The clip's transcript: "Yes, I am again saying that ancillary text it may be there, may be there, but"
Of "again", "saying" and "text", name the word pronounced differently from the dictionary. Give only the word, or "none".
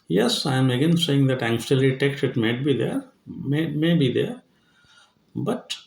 text